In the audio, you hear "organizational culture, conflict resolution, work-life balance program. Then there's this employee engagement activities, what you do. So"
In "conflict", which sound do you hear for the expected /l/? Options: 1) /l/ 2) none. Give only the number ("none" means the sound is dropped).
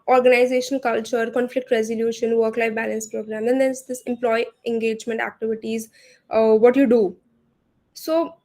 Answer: 1